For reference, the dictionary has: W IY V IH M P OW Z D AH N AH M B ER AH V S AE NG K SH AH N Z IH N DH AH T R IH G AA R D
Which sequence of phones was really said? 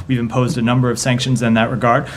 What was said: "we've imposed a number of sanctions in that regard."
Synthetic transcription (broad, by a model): W IY V IH M P OW Z D AH N AH M B ER AH V S AE NG K SH AH N Z IH N DH AH T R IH G AA R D